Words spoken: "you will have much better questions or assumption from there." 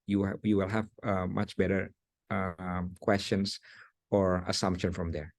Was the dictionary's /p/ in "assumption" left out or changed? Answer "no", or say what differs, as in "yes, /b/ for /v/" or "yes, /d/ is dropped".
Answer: no